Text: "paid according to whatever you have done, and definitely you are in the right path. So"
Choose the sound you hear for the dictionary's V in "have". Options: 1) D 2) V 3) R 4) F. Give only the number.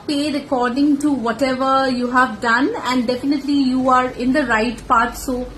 2